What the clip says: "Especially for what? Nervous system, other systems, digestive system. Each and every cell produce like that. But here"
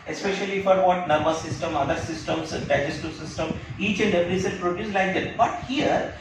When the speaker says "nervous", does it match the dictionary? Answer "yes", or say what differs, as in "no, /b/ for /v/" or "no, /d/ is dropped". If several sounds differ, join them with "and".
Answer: no, /b/ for /v/